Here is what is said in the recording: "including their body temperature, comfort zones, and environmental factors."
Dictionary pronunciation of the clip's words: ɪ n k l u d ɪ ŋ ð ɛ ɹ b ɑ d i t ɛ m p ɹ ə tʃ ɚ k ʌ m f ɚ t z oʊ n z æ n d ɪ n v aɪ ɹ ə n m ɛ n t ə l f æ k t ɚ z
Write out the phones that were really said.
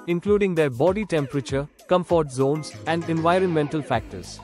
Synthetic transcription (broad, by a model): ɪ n k l u d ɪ ŋ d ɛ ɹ b ɑ d i t ɛ m p ɹ ə tʃ ɚ k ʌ m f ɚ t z oʊ n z æ n d ɪ n v aɪ ɹ ə n m ɛ n t ə l f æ k t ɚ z